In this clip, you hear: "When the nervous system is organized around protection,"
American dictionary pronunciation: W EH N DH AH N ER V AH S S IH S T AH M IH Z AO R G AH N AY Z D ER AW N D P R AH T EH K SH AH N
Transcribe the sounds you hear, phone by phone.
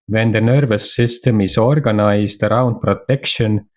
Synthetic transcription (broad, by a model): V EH N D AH N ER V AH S S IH S T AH M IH S AO R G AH N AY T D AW N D P R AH T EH K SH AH N